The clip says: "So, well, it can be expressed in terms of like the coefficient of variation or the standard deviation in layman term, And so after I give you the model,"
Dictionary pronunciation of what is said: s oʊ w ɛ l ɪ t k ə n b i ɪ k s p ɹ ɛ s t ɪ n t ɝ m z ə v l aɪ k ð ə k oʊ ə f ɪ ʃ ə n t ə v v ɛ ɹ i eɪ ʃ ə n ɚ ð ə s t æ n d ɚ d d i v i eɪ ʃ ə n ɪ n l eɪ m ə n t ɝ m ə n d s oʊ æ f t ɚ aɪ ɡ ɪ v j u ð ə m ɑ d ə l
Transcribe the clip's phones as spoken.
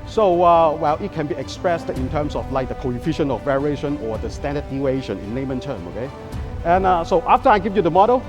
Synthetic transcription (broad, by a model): s oʊ w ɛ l ɪ t k ə n b i ɪ k s p ɹ ɛ s t ɪ n t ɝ m s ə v l aɪ k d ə k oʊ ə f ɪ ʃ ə n ə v v ɛ ɹ i eɪ ʃ ə n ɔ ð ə s t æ n d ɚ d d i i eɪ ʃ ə n ɪ n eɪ m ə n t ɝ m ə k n s oʊ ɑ f t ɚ aɪ ɡ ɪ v j u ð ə m ɑ d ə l